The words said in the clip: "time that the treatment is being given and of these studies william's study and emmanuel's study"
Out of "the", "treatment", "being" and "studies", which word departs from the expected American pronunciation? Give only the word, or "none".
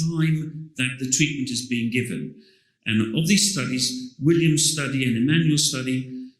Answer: none